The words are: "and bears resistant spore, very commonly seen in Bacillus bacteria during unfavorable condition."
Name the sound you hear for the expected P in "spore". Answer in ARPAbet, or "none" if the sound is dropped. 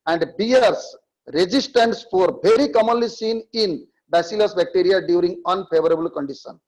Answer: F